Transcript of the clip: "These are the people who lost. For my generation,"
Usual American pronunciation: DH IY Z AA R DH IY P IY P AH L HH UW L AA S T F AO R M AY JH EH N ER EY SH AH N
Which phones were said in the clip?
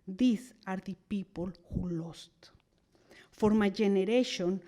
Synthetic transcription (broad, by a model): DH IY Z AA R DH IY P IY P AH L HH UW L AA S T F AO R M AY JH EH N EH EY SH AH N